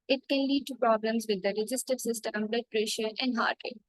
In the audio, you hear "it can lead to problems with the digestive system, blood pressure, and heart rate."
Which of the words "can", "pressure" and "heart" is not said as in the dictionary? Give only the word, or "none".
none